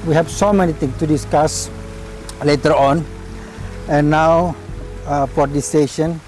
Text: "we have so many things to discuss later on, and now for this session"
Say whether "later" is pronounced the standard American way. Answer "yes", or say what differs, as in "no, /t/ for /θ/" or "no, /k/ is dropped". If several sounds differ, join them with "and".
yes